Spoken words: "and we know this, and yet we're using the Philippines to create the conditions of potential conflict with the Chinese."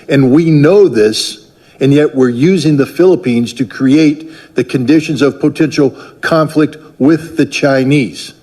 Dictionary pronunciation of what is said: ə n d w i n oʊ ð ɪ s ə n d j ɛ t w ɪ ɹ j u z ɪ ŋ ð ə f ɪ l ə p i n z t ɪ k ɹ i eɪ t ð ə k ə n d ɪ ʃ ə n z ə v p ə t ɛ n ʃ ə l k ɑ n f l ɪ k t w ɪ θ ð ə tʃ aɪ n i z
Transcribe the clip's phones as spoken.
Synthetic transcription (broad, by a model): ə n w i n oʊ ð ɪ s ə n j ɛ t w ɪ ɹ j u z ɪ ŋ ð ə f ɪ l ə p i n z t ɪ k ɹ i eɪ t ð ə k ə n d ɪ ʃ ə n z ə v p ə t ɛ n ʃ l k ɑ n f l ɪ k t w ɪ ð ə tʃ aɪ n i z